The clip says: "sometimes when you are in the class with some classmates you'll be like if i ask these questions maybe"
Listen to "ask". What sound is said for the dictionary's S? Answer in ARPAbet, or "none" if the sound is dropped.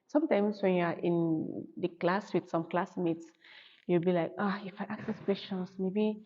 none